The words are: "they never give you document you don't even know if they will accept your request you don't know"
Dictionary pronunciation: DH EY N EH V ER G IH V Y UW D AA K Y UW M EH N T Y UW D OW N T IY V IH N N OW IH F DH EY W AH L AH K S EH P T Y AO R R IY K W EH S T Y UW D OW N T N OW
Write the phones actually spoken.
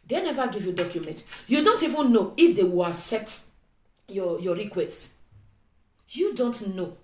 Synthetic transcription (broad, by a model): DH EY N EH V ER G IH V Y UW D AA K Y UW M EH N T Y UW D OW N T IY V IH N N OW IH F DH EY W AH L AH S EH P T Y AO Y R IY K W EH S T Y UW D OW N T N OW